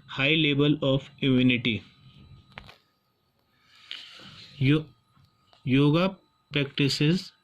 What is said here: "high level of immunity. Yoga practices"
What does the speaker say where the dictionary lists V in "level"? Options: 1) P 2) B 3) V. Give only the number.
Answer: 2